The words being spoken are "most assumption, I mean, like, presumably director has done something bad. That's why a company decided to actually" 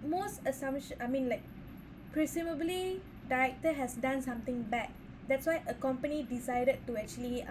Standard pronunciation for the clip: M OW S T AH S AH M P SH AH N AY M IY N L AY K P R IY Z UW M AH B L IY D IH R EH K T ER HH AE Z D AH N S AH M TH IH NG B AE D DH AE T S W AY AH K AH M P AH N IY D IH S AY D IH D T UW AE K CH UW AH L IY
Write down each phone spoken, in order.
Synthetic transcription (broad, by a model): M OW S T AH S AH M SH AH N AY M IY N L AY K P R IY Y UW M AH B L IY D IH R EH K T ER HH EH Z D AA N S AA M T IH NG B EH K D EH T S W AY AH K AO M P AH N IY D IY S AY D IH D T UW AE K CH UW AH L IY